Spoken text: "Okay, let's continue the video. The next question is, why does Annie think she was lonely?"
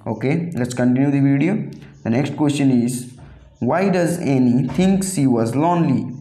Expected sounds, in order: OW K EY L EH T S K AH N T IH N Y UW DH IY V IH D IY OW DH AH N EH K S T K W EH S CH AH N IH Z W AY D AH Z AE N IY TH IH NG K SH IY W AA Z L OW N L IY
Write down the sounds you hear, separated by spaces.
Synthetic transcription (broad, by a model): OW K EY L EH T S K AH N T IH N Y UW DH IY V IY D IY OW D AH N EH K S T K W EH S CH AH N IH Z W AY D AH Z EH N IY T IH NG K S IY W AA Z L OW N L IY